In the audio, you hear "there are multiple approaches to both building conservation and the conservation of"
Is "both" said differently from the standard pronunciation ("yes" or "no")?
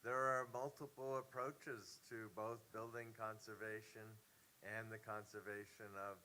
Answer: no